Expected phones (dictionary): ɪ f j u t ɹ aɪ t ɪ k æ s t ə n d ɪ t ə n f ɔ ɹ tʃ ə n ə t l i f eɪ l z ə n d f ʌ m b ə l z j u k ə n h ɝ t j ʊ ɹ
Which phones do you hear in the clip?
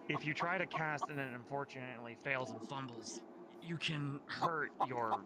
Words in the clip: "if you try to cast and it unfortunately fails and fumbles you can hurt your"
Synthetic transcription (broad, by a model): ɪ f j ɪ t ɹ aɪ t ɪ k æ s t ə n ɪ t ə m f ɔ ɹ tʃ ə n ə t l i f eɪ l z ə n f ʌ m b l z j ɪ k ə n h ɝ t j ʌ ɹ